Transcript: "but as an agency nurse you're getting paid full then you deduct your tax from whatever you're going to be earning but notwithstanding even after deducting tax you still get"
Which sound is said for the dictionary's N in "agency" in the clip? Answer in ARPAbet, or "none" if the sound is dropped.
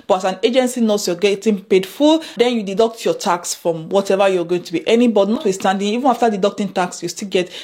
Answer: N